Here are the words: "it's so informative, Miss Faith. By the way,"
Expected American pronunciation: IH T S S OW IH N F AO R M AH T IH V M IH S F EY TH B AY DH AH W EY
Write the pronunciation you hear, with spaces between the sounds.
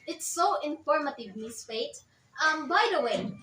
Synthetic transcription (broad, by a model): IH T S S OW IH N F AO R M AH T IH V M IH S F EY T B AY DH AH W EY